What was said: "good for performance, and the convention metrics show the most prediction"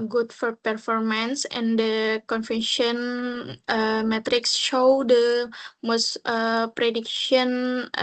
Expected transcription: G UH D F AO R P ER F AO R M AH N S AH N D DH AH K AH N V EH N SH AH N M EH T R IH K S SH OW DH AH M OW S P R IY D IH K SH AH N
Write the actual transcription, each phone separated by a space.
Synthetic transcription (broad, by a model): G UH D F AO R P ER F AO R M AH N S AH N D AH K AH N F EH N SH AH N M EH T R IH K S SH OW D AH M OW S P R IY D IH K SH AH N